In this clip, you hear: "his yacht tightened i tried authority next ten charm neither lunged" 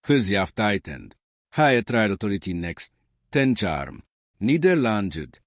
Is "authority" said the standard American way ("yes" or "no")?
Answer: no